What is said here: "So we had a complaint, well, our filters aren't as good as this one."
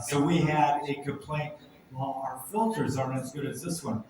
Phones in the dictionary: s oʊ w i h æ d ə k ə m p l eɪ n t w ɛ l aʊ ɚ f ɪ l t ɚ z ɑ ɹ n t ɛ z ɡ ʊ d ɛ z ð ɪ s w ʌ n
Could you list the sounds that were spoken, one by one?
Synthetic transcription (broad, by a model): s oʊ w i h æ d ə k ə m p l eɪ n t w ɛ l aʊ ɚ f ɪ l t ɚ z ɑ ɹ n ɛ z ɡ ʊ d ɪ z ð ɪ s w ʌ n